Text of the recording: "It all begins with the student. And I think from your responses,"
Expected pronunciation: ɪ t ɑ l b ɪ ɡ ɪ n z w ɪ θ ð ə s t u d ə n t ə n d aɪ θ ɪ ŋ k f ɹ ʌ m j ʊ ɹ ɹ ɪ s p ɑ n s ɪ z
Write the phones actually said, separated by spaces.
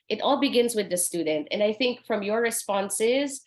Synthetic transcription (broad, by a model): ɪ t ɑ l b ɪ ɡ ɪ n z w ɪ ð ə s t u d n t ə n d aɪ θ ɪ ŋ k f ɹ ʌ m j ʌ ɹ ɹ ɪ s p ɑ n s ɪ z